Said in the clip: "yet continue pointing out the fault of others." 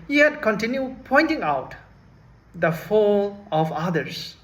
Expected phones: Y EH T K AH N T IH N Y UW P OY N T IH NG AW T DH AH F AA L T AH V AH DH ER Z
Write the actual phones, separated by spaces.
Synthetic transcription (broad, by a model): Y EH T K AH N T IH N Y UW P OY N T IH NG AW T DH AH F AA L AH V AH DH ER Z